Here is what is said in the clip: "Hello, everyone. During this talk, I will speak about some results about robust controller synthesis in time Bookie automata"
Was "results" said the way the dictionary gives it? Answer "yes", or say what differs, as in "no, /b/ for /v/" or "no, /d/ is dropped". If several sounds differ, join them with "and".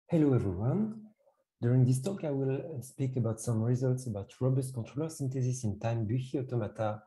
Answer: yes